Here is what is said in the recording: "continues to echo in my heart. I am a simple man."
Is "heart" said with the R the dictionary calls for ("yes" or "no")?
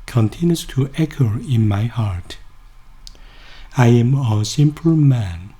yes